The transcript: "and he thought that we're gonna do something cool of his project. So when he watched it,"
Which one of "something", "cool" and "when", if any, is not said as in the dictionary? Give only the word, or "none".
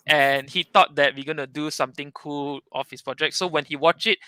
something